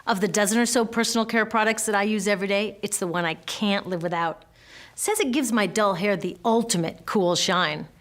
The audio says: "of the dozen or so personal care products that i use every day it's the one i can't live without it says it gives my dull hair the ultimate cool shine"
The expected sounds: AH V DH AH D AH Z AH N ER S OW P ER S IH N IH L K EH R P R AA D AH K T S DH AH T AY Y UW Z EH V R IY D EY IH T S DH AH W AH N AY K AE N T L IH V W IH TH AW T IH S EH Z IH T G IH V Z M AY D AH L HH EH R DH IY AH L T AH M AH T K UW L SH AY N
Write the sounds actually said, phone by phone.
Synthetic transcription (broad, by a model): AH V DH AH D AH Z AH N ER S OW P ER S N L K EH R P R AA D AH K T S DH AH T AY Y UW Z EH V R IY D EY IH T S DH AH W AH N AY K AE N T L IH V W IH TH AW T S EH Z IH T G IH V Z M AY D AH L HH EH R DH IY AH L T AH M AH T K UW L SH AY N